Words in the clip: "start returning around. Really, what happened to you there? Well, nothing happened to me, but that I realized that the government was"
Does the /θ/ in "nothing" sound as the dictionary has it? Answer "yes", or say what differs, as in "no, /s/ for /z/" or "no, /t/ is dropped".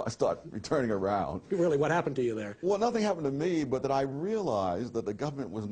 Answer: yes